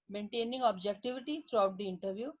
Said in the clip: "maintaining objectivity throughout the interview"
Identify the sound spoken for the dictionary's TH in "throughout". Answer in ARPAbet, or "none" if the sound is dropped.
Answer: T